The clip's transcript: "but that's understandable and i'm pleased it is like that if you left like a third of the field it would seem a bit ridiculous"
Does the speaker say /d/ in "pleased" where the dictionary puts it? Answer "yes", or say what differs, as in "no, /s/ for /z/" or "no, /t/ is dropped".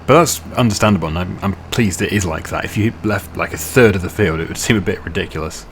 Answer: yes